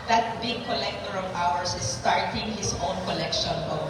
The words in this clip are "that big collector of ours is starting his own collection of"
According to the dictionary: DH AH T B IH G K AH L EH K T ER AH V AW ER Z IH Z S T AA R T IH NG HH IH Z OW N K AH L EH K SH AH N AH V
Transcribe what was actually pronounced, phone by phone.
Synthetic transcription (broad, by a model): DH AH T B IH G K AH L EH K T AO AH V AW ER S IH S T AA R T IH NG HH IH S OW N K AH L EH K SH AH N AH